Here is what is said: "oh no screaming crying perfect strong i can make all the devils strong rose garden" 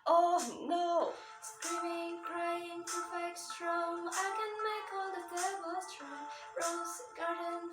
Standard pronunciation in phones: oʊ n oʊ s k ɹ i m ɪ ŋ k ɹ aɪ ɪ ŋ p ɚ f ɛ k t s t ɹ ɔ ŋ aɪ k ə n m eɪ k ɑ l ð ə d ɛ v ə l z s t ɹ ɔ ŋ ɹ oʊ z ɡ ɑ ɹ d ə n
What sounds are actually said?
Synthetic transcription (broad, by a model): oʊ n oʊ s k ɹ i m ɪ ŋ k ɹ aɪ ɪ ŋ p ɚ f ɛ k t s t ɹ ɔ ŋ aɪ k ə n m eɪ k ɑ l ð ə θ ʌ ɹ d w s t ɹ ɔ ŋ ɹ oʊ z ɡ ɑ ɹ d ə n